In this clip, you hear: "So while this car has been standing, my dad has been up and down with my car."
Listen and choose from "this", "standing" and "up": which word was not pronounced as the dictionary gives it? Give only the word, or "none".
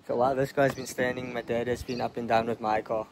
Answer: none